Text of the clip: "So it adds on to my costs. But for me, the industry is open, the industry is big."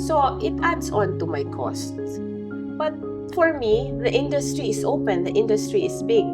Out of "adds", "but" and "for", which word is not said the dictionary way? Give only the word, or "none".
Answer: adds